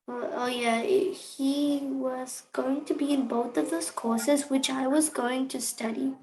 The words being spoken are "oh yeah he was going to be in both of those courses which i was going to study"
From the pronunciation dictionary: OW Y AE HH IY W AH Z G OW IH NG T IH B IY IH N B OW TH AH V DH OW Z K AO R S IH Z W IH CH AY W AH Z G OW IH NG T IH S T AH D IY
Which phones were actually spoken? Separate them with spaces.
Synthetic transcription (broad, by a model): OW Y AE HH IY W AH Z G OW IH NG T IH B IY IH N B OW TH AH V DH OW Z K AO R S IH Z W IH CH AY W AH Z G OW IH NG T IH S T AH D IY